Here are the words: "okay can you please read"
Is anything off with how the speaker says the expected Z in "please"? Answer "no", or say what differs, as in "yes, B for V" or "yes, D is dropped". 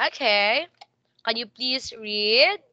yes, S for Z